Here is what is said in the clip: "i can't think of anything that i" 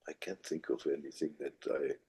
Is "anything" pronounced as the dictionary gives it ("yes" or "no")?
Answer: yes